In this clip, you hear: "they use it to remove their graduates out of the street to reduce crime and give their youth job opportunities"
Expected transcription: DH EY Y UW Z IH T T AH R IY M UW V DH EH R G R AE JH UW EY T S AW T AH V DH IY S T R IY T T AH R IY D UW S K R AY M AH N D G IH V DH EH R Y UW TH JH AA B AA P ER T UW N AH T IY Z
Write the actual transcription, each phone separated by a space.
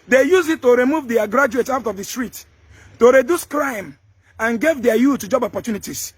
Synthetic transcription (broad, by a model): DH EY Y UW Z IH T T AH R IY M UW V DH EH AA G R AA JH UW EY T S AW T AH V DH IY S T R IY T T AH R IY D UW S K R AY M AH N G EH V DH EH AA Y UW T JH AA B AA P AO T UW N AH T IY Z